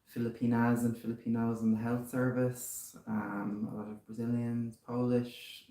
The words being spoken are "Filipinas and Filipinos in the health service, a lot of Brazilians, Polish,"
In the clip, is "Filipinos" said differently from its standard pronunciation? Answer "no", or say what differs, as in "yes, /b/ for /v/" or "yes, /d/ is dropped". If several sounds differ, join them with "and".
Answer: no